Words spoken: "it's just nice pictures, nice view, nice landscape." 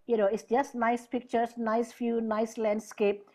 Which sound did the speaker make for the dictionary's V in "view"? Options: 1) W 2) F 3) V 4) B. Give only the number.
2